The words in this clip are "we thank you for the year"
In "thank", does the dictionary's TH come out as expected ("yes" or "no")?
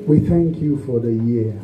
yes